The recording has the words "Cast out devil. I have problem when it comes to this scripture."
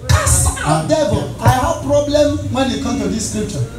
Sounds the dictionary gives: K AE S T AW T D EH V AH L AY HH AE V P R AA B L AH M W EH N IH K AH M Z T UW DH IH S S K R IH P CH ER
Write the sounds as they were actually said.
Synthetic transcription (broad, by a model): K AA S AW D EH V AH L AY HH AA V P R AA B L AH M W EH N IH K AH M T UW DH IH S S K R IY P CH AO